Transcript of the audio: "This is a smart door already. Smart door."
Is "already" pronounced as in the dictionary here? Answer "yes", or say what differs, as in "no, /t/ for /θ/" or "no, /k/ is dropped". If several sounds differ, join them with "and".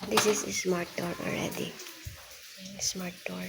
no, /l/ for /ɹ/